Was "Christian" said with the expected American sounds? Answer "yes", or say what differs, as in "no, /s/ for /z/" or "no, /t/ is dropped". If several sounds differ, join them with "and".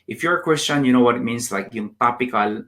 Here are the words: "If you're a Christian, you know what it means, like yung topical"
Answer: no, /w/ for /ɹ/